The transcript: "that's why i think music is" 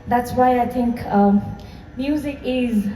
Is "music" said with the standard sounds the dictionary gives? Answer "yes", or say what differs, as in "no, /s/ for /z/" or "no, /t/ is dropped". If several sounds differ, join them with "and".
yes